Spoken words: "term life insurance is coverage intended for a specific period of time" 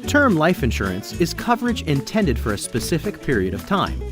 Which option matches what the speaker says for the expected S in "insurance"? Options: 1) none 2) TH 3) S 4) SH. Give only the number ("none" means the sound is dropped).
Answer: 3